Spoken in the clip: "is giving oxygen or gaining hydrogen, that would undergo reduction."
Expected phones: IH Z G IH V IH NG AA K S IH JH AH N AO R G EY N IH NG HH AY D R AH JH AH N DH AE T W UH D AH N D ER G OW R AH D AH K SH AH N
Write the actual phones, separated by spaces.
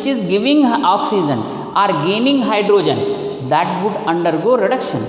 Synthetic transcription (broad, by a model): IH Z G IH V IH NG AA K S IH JH AH N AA R G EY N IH NG HH AY D R AH JH AH N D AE T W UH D AH N D ER G OW R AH D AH K SH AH N